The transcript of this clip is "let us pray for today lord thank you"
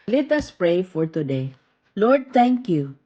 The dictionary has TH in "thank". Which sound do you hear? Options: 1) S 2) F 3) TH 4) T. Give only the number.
4